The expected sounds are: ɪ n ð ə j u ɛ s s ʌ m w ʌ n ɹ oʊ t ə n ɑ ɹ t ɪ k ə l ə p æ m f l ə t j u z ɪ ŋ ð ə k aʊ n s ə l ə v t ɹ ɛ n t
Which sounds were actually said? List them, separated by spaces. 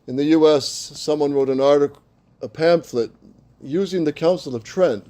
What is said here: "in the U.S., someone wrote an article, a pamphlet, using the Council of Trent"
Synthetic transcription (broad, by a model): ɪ n ð ə j u ɛ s s ʌ m w ʌ n ɹ oʊ t ə n ɑ ɹ t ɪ k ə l ə p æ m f l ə t j u z ɪ ŋ ð ə k aʊ n s l ə v t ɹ ɛ n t